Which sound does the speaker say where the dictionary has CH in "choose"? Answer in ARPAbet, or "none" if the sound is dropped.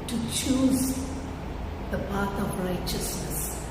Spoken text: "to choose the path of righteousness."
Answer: CH